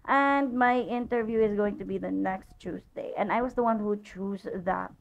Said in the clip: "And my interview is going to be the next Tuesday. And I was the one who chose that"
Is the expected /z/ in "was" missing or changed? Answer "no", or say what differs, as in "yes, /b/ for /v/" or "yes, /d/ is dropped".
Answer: no